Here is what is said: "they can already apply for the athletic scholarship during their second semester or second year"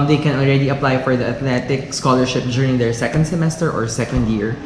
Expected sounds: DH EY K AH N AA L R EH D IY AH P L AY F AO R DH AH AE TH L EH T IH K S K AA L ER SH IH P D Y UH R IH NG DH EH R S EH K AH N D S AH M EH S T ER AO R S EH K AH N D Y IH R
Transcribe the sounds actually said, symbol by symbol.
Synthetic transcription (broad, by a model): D EY K AH N AA L R EH D IY AH P L AY F AO R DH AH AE T L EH T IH K S K AA L ER SH IH P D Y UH R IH NG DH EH R S EH K AH N D S AH M EH S T ER AO R S EH K AH N D Y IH R